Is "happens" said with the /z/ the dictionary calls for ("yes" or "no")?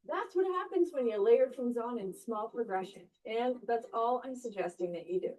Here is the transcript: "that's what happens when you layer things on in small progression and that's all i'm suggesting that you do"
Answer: yes